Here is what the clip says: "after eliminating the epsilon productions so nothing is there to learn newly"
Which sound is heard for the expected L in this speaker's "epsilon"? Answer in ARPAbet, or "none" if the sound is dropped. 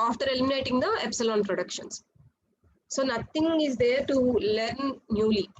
L